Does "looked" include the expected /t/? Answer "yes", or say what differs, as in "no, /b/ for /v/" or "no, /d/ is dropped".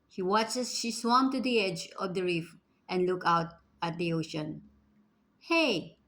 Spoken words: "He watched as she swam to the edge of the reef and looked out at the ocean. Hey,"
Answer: no, /t/ is dropped